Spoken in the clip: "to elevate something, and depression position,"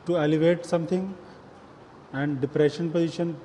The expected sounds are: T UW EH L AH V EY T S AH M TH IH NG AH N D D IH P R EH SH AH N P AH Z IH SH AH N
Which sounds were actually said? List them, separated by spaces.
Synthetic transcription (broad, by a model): T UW EH L AH V EY T S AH M T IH NG AH N D D IH P R EH SH AH N P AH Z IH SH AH N